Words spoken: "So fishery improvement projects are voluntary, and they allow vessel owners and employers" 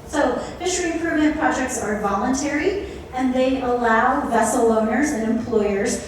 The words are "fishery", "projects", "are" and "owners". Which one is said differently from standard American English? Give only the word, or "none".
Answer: none